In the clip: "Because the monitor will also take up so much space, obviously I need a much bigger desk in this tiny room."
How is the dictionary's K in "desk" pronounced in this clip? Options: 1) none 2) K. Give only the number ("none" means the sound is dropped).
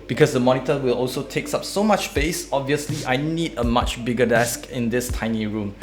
2